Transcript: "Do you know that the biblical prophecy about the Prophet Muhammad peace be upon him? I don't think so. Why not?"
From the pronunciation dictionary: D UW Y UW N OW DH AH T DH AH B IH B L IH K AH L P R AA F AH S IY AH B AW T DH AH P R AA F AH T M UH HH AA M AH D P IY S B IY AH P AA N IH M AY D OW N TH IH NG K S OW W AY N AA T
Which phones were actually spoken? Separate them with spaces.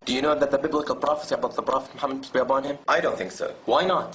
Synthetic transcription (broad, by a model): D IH Y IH N OW DH AH T DH AH B IH B L IH K AH L P R AA F AH S IY AH B AW T DH AH P R AA F AH T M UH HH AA M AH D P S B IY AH B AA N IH M AY D OW N TH IH NG K S OW W AY N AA T